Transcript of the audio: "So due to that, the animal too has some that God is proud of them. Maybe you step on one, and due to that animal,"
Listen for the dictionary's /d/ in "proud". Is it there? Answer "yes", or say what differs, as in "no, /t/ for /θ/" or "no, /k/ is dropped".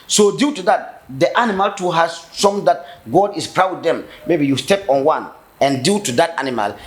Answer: no, /d/ is dropped